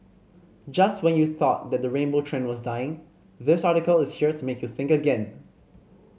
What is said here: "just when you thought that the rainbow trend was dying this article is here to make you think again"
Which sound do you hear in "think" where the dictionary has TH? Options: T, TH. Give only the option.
TH